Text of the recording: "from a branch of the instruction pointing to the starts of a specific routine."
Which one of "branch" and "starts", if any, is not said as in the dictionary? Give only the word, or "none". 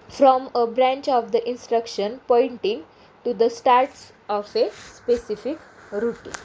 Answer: none